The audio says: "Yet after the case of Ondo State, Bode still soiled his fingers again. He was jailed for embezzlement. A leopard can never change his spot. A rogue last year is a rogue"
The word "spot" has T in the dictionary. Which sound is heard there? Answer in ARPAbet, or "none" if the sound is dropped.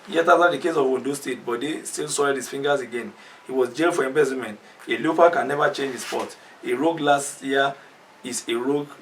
T